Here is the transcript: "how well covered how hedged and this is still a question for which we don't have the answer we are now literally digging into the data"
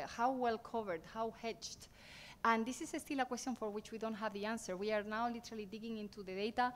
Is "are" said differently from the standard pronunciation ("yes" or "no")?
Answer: no